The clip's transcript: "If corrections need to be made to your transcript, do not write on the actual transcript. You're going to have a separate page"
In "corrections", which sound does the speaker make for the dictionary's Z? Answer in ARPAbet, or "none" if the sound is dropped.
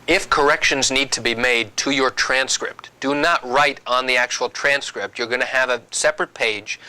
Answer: Z